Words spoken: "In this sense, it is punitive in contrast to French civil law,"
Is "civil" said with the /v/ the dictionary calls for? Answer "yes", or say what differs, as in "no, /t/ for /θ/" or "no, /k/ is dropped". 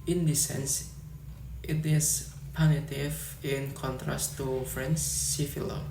no, /f/ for /v/